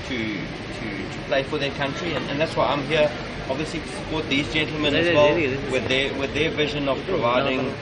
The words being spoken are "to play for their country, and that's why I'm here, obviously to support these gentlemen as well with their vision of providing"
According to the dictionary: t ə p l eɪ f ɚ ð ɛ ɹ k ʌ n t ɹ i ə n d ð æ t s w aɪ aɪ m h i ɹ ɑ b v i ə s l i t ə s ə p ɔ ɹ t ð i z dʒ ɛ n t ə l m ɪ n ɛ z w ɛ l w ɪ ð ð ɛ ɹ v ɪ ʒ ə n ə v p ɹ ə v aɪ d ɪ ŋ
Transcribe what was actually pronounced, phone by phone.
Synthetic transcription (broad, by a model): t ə p l eɪ f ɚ ð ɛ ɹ k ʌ n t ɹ i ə n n ð æ t s w aɪ aɪ m h i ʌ ɑ b v i ə s l i t ə s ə p ɔ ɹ t ð i z dʒ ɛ n t l m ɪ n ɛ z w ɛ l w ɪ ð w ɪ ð v ɪ ʒ ə n ə v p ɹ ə v aɪ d ɪ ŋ